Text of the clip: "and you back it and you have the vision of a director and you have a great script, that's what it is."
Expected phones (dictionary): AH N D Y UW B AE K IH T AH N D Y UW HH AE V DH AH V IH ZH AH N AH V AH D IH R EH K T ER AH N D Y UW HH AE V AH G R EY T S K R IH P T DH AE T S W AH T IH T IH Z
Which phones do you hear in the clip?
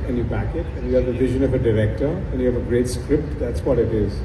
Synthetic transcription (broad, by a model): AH N Y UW B AE K IH T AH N Y UW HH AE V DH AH V IH ZH AH N AH V AH D IH R EH K T ER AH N Y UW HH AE V AH G R EY T S K R IH P T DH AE T S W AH T IH T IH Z